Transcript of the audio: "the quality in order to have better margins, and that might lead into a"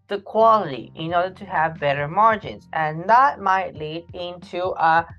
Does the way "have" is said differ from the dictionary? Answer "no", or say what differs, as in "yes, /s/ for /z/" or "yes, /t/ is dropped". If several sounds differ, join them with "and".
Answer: no